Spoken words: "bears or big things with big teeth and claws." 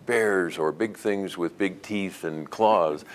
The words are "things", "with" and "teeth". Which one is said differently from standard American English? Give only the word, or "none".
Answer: none